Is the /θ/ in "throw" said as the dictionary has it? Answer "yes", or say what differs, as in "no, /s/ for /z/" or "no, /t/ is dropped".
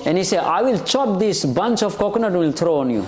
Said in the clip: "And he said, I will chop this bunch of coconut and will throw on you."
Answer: no, /t/ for /θ/